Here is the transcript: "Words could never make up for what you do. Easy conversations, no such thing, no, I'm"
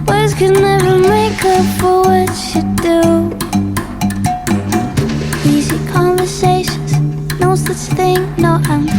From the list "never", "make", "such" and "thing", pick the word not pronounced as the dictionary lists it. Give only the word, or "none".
none